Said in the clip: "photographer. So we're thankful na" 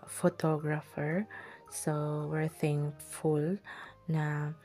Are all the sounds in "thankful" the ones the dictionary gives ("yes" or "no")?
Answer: no